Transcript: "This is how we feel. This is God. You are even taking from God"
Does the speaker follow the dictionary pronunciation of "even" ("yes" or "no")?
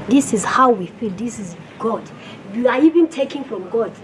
yes